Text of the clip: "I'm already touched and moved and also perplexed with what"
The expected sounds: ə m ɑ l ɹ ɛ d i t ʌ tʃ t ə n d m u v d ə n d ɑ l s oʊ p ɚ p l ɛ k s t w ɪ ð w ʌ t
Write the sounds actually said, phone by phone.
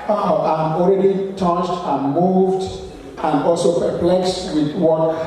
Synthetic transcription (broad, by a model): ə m ɑ l ɹ ɛ d i t ʌ tʃ t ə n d m u v d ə n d ɑ l s oʊ p ɚ p l ɛ k s t w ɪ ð w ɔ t